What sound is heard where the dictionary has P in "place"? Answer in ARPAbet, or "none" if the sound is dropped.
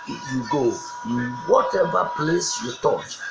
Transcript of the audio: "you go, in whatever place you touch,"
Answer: P